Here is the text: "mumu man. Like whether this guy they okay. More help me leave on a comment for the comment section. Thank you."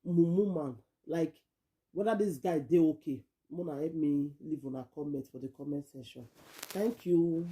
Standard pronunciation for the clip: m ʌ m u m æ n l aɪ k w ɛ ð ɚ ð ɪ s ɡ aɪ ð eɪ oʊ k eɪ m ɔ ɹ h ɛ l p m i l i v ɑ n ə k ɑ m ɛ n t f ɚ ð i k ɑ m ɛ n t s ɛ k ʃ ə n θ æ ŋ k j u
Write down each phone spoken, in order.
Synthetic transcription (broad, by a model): m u m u m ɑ n l aɪ k w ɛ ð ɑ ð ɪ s ɡ aɪ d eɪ oʊ k eɪ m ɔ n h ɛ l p m i l i v ɑ n ə k ɑ m ɛ n t f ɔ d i k ɑ m ɛ n t s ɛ ʃ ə n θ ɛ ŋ k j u